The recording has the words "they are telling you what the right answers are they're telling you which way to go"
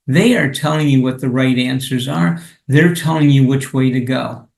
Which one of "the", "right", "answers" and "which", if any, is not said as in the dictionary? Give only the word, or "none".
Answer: none